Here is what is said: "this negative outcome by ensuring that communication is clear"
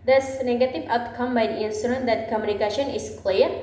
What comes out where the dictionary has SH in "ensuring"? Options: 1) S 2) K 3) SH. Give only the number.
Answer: 1